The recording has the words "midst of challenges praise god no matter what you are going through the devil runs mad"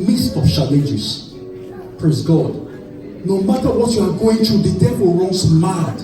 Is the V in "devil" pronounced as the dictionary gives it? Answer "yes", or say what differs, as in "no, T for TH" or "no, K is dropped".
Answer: no, P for V